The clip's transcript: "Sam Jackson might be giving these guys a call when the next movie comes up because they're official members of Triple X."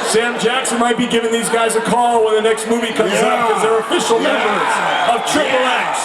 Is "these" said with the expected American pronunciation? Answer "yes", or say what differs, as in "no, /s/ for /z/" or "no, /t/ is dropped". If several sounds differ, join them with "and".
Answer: yes